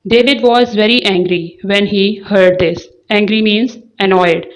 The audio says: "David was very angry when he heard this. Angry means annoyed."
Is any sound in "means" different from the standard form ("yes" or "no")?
no